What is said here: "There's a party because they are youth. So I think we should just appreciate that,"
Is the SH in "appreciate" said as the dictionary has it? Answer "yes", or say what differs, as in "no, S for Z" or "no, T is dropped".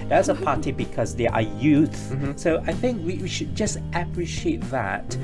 yes